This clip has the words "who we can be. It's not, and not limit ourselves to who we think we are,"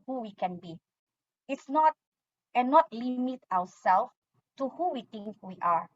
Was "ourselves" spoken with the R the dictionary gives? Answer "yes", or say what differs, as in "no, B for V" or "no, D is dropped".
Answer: no, W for R